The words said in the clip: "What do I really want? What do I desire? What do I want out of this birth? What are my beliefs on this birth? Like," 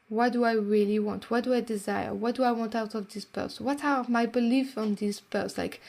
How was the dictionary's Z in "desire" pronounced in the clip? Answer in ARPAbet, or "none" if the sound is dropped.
Z